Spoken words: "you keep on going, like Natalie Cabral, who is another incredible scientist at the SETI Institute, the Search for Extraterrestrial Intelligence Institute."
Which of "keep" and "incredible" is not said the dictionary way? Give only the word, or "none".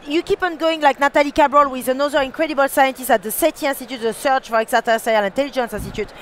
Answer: none